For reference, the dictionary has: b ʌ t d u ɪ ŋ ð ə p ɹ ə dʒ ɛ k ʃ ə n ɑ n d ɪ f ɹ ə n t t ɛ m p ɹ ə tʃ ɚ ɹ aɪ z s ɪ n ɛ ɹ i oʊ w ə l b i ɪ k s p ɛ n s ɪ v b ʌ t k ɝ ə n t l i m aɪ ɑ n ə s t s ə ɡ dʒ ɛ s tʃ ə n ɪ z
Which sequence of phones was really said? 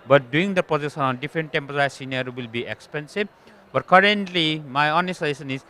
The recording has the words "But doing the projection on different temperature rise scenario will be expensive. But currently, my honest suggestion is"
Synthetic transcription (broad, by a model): b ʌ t d u ɪ ŋ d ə p ə z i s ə n ɑ n d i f ɹ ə n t t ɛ m p ə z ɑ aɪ s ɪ n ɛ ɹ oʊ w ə l b i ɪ k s p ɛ n s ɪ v b ʌ t k ɝ ə n t l i m aɪ ɑ n ə s t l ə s ə n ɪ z